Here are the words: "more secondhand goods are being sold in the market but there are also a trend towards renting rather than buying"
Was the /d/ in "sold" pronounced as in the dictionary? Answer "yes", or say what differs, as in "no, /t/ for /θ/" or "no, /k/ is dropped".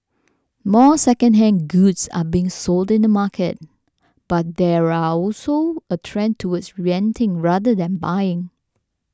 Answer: yes